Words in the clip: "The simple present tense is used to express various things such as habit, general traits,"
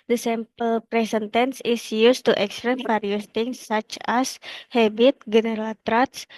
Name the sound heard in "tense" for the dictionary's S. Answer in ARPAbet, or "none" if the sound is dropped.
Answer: S